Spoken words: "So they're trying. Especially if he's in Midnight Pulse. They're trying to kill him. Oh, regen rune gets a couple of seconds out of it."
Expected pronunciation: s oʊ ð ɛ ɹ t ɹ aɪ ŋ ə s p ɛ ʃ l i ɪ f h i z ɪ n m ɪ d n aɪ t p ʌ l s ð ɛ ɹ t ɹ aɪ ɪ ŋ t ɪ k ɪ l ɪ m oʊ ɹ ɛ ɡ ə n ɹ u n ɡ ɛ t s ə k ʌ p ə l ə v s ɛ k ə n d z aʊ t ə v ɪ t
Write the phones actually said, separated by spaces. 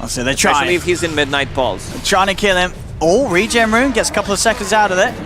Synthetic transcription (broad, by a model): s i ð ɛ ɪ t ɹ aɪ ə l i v h i z ɪ n m ɪ d n aɪ t b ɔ l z t ɹ aɪ ɪ ŋ t ɪ k ɪ l ɪ m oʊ ɹ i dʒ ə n ɹ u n ɡ ɛ t s ə k ʌ p l ə v s ɛ k ə n d z aʊ t ə v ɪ t